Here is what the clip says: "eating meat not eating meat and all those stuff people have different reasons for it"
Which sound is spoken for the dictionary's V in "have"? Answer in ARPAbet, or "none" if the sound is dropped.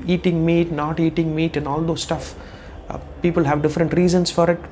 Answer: V